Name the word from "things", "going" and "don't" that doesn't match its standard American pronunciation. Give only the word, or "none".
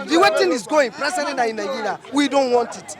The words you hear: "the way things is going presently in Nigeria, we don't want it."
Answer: things